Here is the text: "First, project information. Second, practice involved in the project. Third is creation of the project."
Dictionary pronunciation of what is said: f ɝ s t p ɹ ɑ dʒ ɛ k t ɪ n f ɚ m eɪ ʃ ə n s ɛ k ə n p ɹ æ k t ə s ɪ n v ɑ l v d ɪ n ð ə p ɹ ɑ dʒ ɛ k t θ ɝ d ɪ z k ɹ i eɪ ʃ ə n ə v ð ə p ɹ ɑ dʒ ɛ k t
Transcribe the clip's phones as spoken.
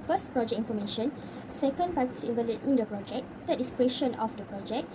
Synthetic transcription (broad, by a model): f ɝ s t p ɹ ɑ dʒ ɛ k ɪ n f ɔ m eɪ ʃ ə n s ɛ k ə n p ɹ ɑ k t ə s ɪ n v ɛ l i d ɪ n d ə p ɹ ɑ dʒ ɛ k t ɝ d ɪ s k ɹ i eɪ ʃ ə n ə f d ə p ɹ ɑ dʒ ɛ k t